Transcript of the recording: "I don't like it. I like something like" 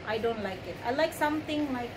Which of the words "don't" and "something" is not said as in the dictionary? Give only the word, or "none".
something